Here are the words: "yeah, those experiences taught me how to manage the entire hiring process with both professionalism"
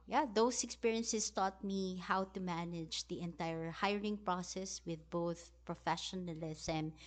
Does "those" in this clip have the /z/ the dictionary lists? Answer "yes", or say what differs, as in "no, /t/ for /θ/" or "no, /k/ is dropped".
no, /s/ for /z/